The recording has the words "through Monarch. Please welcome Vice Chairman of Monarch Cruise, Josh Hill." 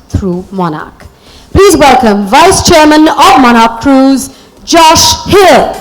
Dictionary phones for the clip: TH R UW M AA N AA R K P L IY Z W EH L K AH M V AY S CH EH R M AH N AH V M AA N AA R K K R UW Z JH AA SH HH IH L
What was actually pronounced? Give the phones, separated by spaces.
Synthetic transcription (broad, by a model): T R UW M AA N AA K P L IY Z W EH L K AH M V AY S CH EH R M AH N AH V M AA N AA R K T R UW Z JH AA SH HH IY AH